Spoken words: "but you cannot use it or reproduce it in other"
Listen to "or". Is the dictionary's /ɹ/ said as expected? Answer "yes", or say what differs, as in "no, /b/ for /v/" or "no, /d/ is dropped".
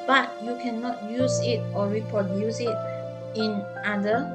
no, /l/ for /ɹ/